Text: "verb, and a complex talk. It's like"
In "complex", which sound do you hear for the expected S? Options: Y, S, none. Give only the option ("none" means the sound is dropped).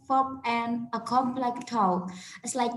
none